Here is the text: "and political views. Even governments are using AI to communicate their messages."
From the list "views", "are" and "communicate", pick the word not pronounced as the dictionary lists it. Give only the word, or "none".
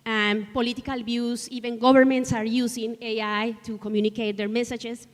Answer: views